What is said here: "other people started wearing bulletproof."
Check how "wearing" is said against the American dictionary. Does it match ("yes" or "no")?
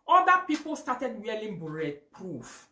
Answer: no